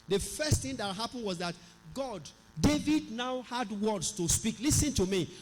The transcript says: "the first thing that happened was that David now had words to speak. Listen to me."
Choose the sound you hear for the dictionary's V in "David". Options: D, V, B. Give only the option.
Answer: V